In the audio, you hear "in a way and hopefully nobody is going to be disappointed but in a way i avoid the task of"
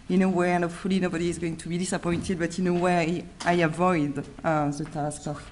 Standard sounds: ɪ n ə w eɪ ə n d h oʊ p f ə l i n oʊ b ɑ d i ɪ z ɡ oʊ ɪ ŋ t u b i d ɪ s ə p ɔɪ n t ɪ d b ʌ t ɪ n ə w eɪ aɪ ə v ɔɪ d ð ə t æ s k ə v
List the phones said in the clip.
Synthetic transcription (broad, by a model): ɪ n ə w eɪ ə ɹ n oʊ f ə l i n oʊ b ɑ d i ɪ z ɡ oʊ ɪ ŋ t u b i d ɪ s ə p ɔɪ n t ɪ d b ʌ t ɪ n ə w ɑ aɪ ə v ɔɪ d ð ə t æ s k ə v